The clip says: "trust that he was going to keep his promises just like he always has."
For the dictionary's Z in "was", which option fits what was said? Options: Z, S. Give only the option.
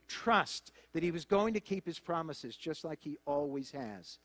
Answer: Z